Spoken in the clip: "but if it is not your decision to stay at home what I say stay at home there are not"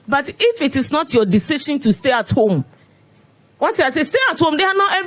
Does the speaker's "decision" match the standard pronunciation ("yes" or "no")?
no